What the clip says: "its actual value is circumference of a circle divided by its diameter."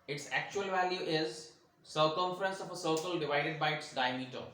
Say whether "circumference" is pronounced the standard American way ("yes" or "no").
yes